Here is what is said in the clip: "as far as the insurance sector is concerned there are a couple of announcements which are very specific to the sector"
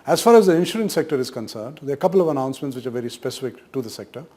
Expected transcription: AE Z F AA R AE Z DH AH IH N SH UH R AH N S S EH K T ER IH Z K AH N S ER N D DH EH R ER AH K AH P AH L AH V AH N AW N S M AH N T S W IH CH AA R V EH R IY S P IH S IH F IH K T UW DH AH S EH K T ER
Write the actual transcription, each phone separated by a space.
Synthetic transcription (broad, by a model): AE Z F AA R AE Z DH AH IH N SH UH R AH N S S EH K T ER IH Z K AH N S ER N D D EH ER AH K AH P AH L AH V AH N AW N S M AH N T S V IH CH AA R V EH R IY S P IH S IH F IH K T UW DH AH S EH K T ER